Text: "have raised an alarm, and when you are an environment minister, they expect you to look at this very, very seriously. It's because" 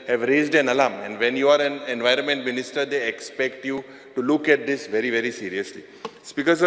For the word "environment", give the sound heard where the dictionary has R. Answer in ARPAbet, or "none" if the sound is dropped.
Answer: R